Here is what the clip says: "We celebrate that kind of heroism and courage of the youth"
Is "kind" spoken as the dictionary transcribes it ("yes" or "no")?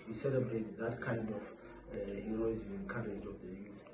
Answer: yes